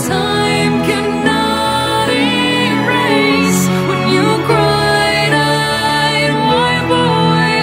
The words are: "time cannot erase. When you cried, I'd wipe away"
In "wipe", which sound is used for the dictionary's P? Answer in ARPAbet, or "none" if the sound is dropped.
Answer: B